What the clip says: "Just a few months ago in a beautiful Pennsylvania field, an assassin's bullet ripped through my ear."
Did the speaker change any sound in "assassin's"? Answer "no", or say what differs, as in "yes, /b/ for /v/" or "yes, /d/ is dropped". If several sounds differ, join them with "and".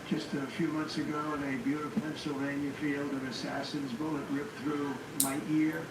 no